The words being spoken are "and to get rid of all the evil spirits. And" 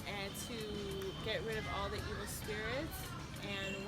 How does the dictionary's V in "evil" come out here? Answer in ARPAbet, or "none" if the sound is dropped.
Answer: W